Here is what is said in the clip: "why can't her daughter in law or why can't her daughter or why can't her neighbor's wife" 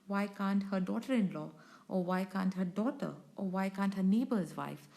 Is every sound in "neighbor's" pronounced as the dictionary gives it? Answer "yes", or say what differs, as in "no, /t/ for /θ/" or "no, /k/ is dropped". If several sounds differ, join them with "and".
yes